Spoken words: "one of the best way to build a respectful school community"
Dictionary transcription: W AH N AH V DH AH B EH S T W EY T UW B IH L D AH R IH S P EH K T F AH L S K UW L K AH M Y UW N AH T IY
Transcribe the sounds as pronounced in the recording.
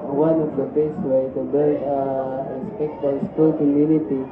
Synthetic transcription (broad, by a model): W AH N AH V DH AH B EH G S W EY T UW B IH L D AH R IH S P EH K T AH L S K UW L K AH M Y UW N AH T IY